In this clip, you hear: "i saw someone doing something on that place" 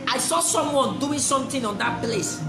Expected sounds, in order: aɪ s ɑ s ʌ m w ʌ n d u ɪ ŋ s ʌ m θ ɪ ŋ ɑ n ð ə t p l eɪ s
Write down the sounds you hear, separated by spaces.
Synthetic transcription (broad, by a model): aɪ s ɑ s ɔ m w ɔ n d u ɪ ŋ s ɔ m t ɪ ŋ ɑ n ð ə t p l eɪ s